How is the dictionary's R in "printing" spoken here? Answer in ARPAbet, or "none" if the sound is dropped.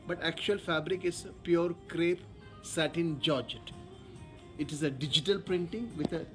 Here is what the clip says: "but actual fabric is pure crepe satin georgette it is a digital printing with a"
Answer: R